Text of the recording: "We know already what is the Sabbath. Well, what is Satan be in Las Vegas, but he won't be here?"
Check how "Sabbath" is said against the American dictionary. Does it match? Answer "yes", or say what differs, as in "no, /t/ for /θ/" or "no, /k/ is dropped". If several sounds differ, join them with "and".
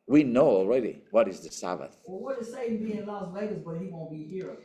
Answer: yes